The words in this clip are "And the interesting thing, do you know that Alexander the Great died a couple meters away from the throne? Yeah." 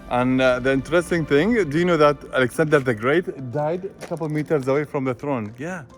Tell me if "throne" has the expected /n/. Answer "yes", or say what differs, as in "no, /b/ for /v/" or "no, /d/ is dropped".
yes